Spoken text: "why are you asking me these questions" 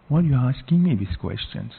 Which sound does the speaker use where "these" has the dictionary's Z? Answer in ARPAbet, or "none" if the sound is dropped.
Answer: S